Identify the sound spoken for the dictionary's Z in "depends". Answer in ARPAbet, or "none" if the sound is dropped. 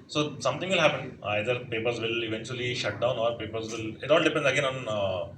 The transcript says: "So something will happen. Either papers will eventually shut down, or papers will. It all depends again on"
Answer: none